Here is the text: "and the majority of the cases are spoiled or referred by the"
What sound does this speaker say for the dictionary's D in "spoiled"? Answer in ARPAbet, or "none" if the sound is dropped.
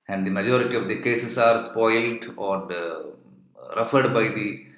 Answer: D